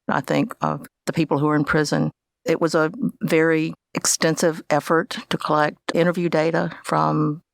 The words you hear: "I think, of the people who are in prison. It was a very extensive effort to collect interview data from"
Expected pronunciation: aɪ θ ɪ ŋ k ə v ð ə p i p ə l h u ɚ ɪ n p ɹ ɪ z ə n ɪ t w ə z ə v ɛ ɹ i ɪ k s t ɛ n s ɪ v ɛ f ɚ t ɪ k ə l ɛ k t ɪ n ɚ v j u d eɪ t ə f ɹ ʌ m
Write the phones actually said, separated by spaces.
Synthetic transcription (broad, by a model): aɪ θ ɪ ŋ k ə v ð ə p i p l h u ɚ ɪ n p ɹ ɪ z ə n ɪ t w ə z ə v ɛ ɹ i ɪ k s t ɛ n s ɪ v ɛ f ɚ t ɪ k ə l ɛ k t ɪ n ɚ v j u d eɪ t ə f ɹ ʌ m